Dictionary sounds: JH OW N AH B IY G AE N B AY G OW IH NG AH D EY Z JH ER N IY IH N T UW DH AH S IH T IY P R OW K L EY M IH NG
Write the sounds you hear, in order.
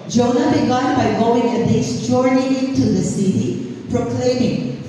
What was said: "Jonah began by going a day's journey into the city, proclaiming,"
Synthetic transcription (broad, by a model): JH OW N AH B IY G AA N B AY G OW IH NG AH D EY S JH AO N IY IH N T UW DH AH S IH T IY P R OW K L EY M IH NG